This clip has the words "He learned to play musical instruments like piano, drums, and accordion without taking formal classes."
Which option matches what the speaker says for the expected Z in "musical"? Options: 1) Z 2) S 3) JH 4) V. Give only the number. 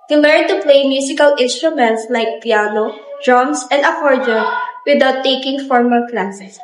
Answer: 2